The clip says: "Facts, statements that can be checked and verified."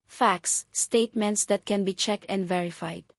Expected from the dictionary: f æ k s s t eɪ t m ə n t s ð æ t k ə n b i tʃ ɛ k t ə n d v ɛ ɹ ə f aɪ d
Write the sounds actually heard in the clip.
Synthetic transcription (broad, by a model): f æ k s s t eɪ t m ə n t s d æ t k ə n b i tʃ ɛ k t ə n d v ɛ ɹ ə f aɪ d